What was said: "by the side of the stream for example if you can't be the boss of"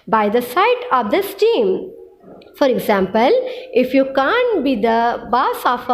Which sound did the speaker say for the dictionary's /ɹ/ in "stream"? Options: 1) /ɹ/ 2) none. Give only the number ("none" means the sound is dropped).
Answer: 2